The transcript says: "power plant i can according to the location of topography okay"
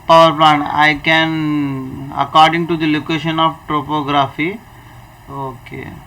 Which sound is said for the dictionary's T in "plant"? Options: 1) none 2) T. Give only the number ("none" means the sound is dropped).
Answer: 1